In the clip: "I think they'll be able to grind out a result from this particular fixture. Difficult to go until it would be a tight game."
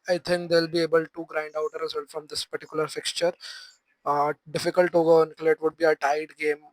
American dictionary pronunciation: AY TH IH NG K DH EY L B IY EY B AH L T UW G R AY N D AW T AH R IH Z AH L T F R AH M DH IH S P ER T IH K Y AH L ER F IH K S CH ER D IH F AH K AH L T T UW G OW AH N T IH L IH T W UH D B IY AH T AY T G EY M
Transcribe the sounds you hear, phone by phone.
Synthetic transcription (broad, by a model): AY T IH NG K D EY L B IY EY B AH L T UW G R AY N D AW T AH R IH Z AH L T F R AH M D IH S P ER T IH K Y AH L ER F IH K S CH ER D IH F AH K AH L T T UW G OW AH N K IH L IH T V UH D B IY AH T AY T G EY M